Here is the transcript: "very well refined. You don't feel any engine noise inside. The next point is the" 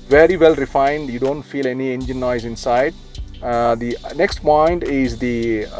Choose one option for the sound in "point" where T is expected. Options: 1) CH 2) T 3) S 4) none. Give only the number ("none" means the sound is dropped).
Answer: 2